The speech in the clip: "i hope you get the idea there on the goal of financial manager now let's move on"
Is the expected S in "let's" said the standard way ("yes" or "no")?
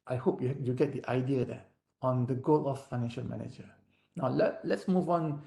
yes